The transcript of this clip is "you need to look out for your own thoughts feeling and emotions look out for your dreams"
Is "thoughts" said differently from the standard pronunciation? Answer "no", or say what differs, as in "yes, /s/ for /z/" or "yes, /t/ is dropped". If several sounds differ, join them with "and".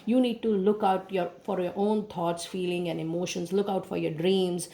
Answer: yes, /t/ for /θ/